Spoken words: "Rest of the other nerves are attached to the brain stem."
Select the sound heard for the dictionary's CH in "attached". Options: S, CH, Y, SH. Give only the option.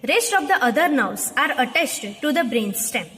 S